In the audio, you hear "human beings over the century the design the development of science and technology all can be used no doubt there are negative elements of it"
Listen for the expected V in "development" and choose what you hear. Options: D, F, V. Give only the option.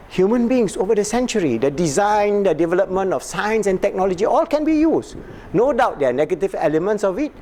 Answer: V